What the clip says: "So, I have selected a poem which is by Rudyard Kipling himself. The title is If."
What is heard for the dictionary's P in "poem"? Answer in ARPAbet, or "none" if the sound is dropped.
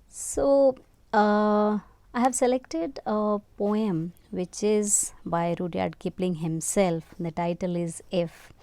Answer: P